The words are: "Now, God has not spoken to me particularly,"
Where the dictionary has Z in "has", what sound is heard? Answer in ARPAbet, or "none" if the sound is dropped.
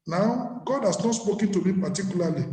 S